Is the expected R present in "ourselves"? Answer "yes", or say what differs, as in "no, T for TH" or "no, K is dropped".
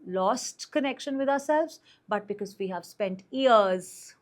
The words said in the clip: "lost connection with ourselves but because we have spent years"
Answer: yes